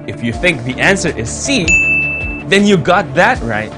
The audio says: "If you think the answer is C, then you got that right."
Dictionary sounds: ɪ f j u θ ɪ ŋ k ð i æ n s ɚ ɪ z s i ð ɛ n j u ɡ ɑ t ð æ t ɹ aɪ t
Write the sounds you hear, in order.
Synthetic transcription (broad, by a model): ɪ f j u θ ɪ ŋ k ð i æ n s ɚ ɪ z s i ð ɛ n j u ɡ ɑ t ð æ t ɹ aɪ t